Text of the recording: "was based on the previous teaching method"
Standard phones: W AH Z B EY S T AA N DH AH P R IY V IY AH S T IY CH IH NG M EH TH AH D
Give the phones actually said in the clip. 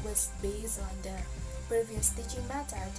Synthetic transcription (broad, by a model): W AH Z B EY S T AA N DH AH P R IY V IY AH S T IY CH IH NG M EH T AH